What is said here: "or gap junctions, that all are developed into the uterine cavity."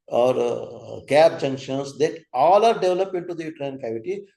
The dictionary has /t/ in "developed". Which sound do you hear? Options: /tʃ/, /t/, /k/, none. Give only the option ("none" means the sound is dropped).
none